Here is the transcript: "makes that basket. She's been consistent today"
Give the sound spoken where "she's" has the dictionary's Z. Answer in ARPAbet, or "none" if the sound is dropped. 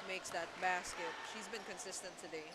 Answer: Z